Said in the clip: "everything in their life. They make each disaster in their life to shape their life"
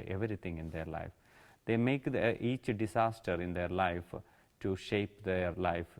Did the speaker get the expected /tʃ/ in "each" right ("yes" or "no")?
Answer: yes